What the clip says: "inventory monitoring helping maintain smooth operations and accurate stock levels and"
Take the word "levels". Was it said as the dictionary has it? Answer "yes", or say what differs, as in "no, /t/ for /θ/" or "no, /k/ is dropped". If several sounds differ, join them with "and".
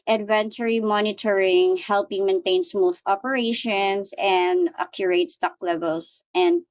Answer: no, /s/ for /z/